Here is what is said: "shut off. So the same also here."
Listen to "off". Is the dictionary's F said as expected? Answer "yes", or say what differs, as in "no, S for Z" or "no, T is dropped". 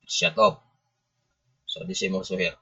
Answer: no, P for F